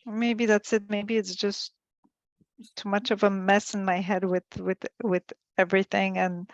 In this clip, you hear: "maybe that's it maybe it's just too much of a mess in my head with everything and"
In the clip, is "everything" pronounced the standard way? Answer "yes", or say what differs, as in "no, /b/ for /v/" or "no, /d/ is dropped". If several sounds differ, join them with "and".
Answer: yes